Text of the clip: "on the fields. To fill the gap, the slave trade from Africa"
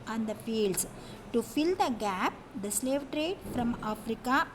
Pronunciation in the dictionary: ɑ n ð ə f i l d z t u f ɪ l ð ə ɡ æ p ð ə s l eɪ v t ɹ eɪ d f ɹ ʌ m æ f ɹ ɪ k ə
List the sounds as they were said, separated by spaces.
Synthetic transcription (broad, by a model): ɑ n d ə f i l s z t u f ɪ l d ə ɡ æ p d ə s l eɪ v t ɹ eɪ d f ɹ ʌ m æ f ɹ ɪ k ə